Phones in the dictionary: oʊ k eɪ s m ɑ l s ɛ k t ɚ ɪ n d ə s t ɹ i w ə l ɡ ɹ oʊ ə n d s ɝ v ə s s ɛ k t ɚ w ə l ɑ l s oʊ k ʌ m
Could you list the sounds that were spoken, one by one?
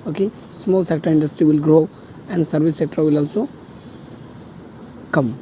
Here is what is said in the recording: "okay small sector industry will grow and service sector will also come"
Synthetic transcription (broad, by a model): oʊ k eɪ s m ɑ l s ɛ k t ɚ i n d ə s t ɹ i w ə l ɡ ɹ oʊ ə n d s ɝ b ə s s ɛ k t ɚ w ə l ɑ l s oʊ k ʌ m